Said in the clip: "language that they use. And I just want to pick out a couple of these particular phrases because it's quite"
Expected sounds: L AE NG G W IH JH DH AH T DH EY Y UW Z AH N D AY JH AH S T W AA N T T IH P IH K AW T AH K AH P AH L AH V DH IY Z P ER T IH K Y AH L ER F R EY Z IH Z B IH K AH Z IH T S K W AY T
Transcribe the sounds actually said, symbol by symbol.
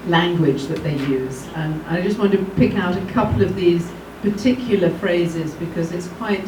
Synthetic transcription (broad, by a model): L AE NG G W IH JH DH AH T DH EY Y UW Z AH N AY JH AH S T W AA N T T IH P IH K AW T AH K AH P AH L AH V DH IY Z P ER T IH K Y L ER F R EY Z IH Z B IH K AH Z IH T S K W AY T